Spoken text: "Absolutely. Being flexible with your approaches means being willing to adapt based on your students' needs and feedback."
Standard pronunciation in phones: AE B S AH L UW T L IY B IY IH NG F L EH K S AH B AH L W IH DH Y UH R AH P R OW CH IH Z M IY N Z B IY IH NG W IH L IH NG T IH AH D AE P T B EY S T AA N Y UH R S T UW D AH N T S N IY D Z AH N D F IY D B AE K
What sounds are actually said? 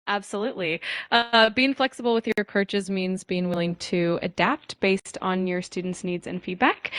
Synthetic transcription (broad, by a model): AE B S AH L UW T L IY B IY IH NG F L EH K S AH B L W IH DH Y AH R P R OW CH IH Z M IY N Z B IY IH NG W IH L IH NG T IH AH D AE P T B EY S T N Y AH R S T UW D N T S N IY D Z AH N F IY D B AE K